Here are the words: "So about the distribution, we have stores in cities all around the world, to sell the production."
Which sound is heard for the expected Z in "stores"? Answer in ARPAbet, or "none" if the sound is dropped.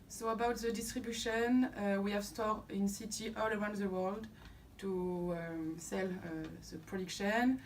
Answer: none